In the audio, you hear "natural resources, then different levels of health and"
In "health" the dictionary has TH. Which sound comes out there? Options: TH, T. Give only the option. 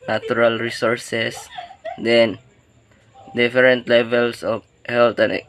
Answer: T